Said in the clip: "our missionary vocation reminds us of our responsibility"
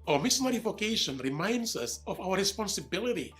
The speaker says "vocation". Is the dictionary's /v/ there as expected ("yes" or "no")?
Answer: no